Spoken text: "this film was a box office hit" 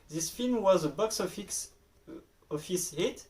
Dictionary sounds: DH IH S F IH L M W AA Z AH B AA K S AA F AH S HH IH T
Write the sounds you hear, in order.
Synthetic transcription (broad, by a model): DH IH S F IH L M W AA Z AH B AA K S AA F AH S HH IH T